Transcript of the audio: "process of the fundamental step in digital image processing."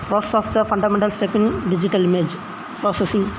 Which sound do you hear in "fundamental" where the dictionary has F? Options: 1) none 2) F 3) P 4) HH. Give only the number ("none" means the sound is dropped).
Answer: 2